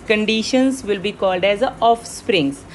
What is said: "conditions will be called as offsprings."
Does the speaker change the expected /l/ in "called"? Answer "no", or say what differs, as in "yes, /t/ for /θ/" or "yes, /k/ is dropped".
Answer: no